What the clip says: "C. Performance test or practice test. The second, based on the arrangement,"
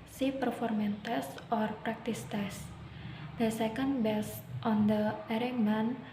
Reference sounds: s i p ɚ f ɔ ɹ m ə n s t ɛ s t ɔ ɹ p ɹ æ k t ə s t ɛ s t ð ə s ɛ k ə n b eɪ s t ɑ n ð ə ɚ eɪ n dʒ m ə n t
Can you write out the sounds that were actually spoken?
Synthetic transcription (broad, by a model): s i p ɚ f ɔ ɹ m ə n t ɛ s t ɔ ɹ p ɹ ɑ k t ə s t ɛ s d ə s ɛ k ə n b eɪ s t ɑ n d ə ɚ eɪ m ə n